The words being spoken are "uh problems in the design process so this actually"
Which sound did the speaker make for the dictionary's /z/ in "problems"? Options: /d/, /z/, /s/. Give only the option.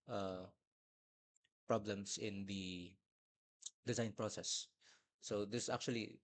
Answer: /s/